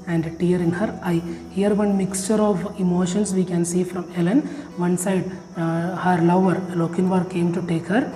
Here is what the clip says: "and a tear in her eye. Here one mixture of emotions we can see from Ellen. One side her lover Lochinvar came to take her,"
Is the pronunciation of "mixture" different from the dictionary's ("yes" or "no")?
no